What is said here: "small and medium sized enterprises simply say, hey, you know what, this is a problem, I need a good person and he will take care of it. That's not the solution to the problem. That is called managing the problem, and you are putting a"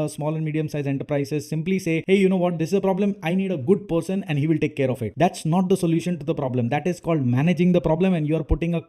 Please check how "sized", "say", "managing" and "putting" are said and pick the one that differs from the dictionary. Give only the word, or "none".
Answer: sized